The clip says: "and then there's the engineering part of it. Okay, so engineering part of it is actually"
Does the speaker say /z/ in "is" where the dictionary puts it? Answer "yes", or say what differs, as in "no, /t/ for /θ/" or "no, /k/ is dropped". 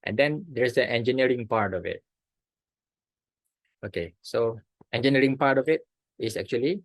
no, /s/ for /z/